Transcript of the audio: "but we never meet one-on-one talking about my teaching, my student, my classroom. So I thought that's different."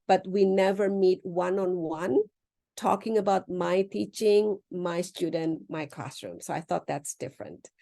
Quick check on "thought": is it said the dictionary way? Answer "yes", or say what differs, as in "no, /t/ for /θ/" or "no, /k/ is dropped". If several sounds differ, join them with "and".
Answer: yes